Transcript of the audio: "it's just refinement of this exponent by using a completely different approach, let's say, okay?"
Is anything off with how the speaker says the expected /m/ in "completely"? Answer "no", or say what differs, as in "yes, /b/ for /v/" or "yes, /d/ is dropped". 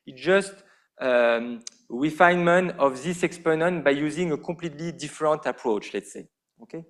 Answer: yes, /m/ is dropped